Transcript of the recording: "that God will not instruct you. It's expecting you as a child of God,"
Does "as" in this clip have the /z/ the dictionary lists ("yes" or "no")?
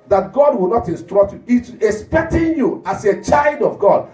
no